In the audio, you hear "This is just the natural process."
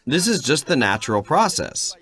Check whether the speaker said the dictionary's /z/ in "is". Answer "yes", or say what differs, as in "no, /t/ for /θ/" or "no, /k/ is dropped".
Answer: yes